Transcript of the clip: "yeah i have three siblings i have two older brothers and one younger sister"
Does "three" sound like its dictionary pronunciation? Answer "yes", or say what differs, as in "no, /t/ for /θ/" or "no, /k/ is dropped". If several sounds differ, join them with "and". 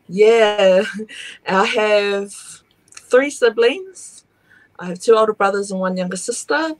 yes